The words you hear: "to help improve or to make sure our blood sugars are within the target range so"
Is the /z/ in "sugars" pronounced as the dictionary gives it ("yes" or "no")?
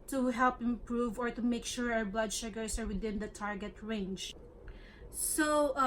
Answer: no